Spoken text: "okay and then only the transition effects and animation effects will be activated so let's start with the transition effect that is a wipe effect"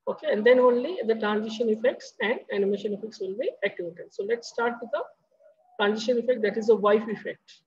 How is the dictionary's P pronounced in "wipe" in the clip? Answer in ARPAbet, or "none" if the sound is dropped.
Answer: F